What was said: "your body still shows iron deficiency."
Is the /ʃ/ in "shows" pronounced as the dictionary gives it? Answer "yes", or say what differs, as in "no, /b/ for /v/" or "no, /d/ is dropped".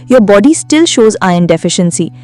yes